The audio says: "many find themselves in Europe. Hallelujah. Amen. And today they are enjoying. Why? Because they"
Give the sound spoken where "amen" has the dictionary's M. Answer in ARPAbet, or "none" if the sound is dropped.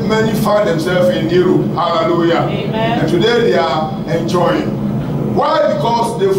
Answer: none